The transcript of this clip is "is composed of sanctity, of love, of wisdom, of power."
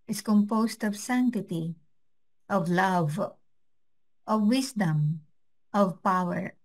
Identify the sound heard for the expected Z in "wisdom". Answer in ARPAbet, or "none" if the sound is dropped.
S